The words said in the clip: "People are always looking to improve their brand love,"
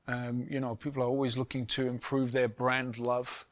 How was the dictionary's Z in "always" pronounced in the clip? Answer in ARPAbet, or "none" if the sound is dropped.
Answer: Z